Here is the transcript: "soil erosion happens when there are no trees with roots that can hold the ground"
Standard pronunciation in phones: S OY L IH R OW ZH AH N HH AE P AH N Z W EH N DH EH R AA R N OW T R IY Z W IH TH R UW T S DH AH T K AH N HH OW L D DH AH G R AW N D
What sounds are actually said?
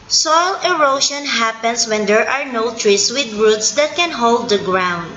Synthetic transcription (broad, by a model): S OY L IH R OW SH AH N HH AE P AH N S W EH N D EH R AA R N OW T R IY S W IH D R UW T S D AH T K AH N HH OW L D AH G R AW N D